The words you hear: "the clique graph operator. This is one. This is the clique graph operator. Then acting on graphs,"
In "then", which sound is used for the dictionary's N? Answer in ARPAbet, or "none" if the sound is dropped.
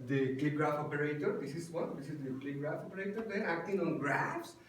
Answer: none